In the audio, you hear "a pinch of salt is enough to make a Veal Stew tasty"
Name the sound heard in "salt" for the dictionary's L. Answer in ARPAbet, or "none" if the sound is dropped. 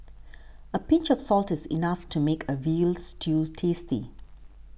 L